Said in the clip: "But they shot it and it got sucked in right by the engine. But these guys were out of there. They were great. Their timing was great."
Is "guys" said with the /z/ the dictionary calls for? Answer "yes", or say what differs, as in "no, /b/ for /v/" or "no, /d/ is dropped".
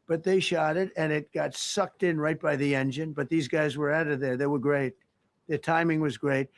yes